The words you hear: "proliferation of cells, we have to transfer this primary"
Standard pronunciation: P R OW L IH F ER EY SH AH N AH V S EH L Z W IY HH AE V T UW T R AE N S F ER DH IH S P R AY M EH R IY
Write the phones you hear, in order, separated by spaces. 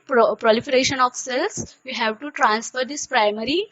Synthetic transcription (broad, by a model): P R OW L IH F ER EY SH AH N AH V S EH L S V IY HH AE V T UW T R AE N S F ER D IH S P R AY M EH R IY